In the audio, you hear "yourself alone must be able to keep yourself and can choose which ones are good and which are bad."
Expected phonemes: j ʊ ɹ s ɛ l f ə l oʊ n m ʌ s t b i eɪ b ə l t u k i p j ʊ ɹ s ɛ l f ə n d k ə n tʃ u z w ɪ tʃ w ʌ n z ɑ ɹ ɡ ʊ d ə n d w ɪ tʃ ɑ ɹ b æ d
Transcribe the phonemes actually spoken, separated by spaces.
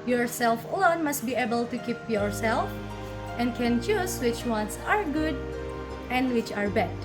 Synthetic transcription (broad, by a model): j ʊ ɹ s ɛ l f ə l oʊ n m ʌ s t b i eɪ b ə l t u k i p j ʊ ɹ s ɛ l f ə n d k ə n tʃ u s w ɪ tʃ w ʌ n s ɑ ɹ ɡ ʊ d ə n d w ɪ tʃ ɑ ɹ b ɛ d